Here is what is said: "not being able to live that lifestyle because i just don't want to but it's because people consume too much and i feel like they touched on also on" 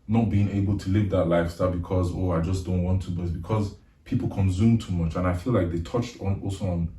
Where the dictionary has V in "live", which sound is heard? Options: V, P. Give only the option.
V